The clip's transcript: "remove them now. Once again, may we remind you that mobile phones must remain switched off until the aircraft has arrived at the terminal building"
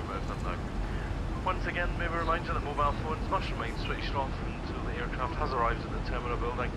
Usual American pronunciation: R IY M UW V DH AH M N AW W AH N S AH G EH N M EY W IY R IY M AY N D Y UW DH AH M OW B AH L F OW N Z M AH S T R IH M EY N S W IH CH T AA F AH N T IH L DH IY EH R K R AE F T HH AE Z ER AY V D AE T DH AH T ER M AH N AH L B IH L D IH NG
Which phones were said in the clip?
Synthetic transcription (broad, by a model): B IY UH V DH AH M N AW W AH N S AH G EH N M EY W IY R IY M AY N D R DH AH M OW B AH L F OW N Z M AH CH R IH M EY N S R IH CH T AA F AH N T IH L DH IY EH R K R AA F T HH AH Z ER AY V D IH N DH AH T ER M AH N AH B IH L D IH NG